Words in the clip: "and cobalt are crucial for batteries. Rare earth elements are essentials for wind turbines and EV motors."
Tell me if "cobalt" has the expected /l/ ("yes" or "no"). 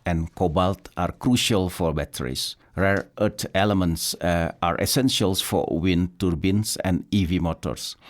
yes